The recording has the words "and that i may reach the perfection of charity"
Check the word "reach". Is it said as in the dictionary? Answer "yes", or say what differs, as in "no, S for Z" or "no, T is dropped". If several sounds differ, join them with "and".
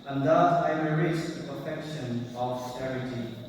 no, S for CH